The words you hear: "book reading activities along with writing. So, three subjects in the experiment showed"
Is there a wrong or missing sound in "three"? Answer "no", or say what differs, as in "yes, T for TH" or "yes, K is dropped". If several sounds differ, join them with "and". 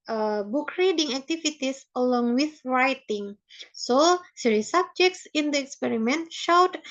yes, S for TH